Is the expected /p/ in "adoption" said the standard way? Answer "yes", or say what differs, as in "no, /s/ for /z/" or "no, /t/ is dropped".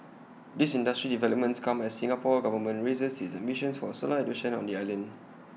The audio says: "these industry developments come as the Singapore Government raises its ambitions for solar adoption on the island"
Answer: no, /p/ is dropped